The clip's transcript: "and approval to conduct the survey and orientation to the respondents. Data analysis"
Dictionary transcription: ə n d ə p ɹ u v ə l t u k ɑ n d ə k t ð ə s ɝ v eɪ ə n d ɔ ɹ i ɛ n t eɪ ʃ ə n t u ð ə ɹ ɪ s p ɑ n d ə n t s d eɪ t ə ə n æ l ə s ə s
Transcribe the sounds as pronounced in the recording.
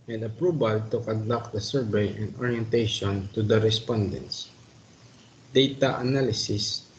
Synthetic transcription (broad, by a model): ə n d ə p ɹ u b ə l t u k ɑ n d ə k t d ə s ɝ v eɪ ə n d ɔ ɹ i ɛ n t eɪ ʃ ə n t u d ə ɹ ɪ s p ɑ n d ə n t s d eɪ t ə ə n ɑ l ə s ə s